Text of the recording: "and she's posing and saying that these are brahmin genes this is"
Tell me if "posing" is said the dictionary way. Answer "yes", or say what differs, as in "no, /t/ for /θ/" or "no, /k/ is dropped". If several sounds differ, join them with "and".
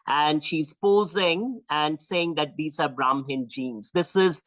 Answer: yes